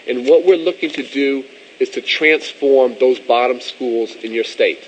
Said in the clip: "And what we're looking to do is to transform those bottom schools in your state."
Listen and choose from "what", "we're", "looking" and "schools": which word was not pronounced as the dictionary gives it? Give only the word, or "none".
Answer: none